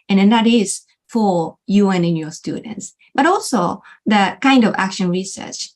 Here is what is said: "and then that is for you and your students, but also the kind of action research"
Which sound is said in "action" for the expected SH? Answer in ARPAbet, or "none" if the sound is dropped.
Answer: SH